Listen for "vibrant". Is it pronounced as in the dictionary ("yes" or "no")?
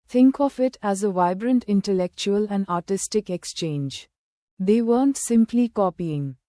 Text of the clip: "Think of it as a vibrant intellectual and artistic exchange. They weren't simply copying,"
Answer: yes